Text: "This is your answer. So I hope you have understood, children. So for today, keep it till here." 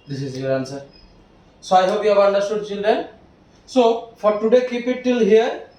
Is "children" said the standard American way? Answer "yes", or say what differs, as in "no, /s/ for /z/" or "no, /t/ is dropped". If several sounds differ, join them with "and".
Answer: no, /ɹ/ is dropped